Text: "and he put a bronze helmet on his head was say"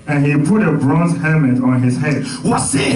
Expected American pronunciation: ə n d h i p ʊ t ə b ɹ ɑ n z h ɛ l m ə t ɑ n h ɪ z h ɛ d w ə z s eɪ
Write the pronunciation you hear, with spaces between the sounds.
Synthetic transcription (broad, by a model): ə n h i p ʊ t ə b ɹ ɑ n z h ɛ m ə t ɑ n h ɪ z h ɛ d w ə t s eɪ